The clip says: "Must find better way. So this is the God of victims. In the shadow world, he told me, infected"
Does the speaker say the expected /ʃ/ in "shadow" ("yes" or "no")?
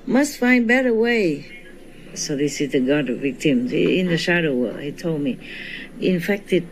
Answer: yes